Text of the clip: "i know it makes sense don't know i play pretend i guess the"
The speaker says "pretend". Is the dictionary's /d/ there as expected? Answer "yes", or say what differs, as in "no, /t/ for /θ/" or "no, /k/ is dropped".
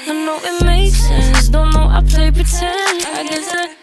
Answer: no, /d/ is dropped